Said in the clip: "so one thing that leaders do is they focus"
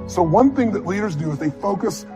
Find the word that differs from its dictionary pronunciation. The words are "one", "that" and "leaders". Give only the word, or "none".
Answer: none